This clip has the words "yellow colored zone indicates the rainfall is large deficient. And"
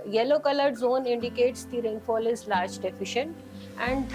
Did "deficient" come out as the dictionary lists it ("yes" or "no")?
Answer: yes